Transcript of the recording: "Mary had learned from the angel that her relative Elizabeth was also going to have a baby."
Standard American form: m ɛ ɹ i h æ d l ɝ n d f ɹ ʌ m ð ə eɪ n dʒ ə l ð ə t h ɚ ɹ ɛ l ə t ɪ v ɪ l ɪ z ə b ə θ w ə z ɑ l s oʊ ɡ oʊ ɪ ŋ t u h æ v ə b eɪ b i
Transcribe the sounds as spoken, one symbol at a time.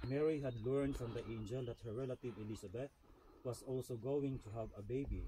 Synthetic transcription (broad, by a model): m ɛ ɹ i h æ d l ɝ n d f ɹ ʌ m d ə eɪ n dʒ ə l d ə t h ɚ ɹ ɛ l ə t ɪ v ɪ l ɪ s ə b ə t w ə s ɑ l s oʊ ɡ oʊ ɪ ŋ t u h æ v ə b eɪ b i